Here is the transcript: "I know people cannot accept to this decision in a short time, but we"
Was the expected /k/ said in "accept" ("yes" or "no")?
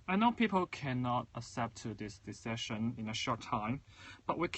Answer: no